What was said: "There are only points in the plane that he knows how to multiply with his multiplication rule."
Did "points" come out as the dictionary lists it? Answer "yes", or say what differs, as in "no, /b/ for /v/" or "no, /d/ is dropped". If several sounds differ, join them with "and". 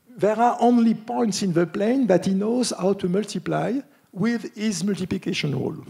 yes